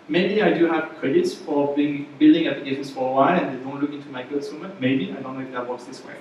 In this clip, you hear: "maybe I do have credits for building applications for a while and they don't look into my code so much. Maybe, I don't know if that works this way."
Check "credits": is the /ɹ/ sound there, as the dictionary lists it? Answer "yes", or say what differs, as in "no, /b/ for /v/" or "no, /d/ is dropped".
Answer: yes